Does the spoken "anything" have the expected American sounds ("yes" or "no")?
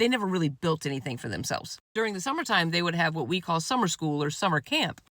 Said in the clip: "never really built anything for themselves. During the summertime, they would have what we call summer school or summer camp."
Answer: yes